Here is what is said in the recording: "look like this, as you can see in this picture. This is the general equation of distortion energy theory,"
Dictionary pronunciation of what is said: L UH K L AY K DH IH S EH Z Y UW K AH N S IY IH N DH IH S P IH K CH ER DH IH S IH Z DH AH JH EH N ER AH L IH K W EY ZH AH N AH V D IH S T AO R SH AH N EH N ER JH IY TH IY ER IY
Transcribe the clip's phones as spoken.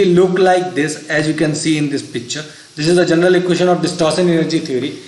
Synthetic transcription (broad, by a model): L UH K L AY K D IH S EH Z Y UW K AH N S IY IH N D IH S P IH K CH ER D IH S IH Z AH JH EH N ER AH L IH K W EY SH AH N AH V D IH S T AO R S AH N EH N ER JH IY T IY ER IY